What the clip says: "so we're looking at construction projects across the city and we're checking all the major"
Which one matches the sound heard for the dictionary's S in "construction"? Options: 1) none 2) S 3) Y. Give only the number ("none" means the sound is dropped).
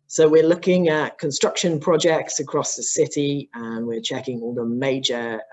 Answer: 2